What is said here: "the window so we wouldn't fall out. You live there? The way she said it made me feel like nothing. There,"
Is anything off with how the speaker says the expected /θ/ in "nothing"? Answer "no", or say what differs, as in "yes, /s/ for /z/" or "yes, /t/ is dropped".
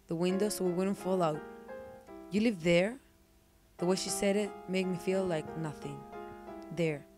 no